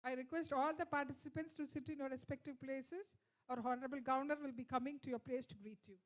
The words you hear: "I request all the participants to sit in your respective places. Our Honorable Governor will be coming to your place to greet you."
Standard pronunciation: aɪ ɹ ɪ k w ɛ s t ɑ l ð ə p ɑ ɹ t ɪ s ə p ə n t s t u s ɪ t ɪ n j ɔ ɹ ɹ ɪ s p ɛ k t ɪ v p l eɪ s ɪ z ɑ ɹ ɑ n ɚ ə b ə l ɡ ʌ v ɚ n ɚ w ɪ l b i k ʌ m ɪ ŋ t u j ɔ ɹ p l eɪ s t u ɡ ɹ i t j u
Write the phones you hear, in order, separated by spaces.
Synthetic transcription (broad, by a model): aɪ ɹ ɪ k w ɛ s t ɑ l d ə p ɑ ɹ t ɪ s ə p ə n t s t u s ɪ t ɪ n j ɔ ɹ ɹ ɪ s p ɛ k t ɪ v p l eɪ s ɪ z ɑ ɹ ɑ n ɚ ə b ə l ɡ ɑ ʊ n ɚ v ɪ l b i k ʌ m ɪ ŋ t u j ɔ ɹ p l eɪ s t u ɡ ɹ i t j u